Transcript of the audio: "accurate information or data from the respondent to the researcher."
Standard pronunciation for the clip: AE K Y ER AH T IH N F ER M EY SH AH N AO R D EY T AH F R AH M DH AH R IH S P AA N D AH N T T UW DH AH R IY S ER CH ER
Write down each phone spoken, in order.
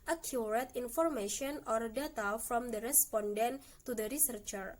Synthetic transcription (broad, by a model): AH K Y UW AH T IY N F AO M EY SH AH N AO R D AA T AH F R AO M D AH R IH S P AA N D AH N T T UW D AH R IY S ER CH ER